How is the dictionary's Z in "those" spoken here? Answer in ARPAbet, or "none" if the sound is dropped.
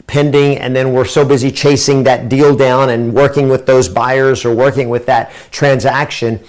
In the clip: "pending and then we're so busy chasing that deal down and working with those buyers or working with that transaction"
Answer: Z